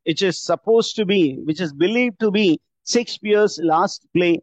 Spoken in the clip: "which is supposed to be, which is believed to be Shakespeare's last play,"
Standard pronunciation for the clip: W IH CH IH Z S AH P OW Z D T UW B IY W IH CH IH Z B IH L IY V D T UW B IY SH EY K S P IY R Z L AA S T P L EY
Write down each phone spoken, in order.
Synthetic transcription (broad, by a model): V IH CH IH Z S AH P OW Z T UW B IY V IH CH IH Z B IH L IY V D T UW B IY S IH K S IY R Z L AA S T P L EY